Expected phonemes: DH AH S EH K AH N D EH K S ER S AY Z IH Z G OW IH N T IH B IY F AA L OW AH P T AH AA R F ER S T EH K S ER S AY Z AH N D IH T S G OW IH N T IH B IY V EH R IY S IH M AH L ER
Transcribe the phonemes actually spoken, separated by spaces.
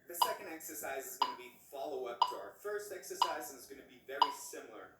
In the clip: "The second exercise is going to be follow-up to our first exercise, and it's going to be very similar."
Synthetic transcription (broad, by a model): DH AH S EH K AH N D EH K S ER S AY Z IH Z G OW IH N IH B IY F AA L OW AH P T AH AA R F ER S T EH K S ER S AY Z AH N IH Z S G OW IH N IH B IY V EH R IY S IH M L ER